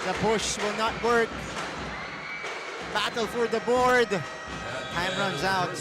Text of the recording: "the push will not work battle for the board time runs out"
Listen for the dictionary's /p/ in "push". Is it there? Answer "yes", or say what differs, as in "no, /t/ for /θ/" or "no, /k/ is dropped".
no, /b/ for /p/